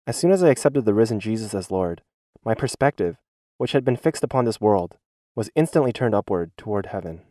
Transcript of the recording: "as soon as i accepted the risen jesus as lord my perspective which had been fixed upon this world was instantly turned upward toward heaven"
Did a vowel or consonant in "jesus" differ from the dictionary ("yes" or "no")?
no